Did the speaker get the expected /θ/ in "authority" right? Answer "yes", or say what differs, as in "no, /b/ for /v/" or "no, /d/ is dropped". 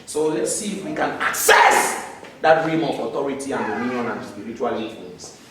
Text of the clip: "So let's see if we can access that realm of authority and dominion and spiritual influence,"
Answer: no, /t/ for /θ/